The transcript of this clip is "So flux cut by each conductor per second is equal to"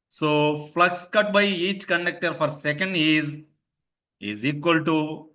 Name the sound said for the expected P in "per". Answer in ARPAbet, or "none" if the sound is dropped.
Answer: F